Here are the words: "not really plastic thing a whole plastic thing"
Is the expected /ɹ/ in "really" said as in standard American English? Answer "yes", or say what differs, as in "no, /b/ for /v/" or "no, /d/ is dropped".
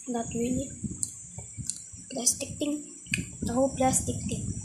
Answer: no, /w/ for /ɹ/